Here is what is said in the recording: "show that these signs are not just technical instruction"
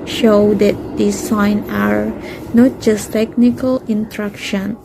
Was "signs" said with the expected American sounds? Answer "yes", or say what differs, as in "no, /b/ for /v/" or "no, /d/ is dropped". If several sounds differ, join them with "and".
no, /z/ is dropped